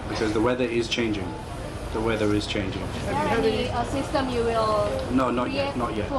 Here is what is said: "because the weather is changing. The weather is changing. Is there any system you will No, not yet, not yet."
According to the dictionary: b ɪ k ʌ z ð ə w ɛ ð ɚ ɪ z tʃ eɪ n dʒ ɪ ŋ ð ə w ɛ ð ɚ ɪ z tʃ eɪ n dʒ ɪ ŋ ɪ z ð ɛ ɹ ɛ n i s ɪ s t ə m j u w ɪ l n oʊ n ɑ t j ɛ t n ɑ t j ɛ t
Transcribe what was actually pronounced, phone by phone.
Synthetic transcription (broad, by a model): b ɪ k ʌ z ð ə w ɛ ð ɚ ɪ z tʃ eɪ n dʒ ɪ ŋ ð ə w ɛ ð ɚ ɪ z tʃ eɪ n dʒ ɪ ŋ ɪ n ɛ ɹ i i s ɪ s t ə m j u w ɪ l n oʊ n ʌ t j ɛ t n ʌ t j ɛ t